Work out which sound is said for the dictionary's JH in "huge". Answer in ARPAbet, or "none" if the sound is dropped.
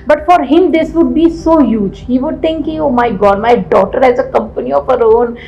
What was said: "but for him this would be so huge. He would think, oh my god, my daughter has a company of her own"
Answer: JH